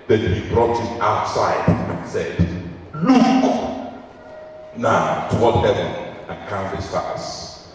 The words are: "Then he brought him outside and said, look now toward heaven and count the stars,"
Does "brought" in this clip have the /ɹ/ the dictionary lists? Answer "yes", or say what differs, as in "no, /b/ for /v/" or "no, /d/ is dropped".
yes